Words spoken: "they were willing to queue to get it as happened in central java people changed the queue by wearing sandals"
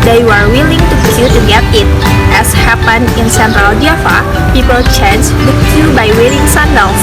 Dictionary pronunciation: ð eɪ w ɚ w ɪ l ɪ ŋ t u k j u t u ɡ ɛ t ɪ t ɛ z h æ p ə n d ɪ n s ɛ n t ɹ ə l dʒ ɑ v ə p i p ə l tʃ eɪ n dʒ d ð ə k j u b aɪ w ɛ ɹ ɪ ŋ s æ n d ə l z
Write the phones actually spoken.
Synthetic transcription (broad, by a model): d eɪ w ɚ w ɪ l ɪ ŋ t u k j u t u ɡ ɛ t ɪ t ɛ s h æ p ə n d ɪ n s ɛ n t ɹ ə l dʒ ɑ f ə p i p ə l tʃ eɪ n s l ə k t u b aɪ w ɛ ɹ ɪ ŋ s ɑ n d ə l